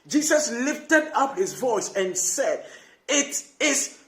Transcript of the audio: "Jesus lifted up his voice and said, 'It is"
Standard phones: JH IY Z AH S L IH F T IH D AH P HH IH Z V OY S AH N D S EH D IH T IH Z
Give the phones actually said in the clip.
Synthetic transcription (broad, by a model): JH IY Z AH S L IH F T IH D AH P HH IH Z V OY S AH N S EH D IH T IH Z